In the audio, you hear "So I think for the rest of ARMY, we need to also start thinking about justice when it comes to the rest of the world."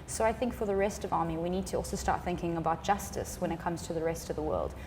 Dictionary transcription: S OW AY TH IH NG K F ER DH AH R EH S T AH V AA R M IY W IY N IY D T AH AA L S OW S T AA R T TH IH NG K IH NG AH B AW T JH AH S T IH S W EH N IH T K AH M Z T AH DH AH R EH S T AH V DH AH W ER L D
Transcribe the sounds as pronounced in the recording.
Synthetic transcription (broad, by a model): S OW AY TH IH NG K F ER DH AH R EH S T AH V AA R M IY W IY N IY D T AH AA L S OW S T AA R T TH IH NG K IH NG AH B AW T JH AH S T IH S W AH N IH T K AH M Z T AH DH AH R EH S T AH V DH AH W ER L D